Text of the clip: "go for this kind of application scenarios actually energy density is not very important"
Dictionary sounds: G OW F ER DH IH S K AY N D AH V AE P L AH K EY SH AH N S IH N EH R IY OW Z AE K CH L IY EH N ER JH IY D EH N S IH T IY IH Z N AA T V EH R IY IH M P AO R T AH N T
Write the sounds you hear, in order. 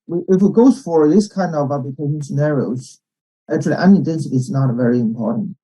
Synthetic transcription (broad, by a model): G OW F ER DH IH S K AY N D AH V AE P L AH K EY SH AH N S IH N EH R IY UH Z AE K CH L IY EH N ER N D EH N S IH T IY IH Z N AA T V EH R IY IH M P AO R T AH N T